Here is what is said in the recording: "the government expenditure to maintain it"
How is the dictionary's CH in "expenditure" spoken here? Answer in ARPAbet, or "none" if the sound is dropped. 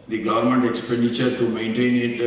CH